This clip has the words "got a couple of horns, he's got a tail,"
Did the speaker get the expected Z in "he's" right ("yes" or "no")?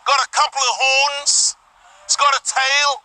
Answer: no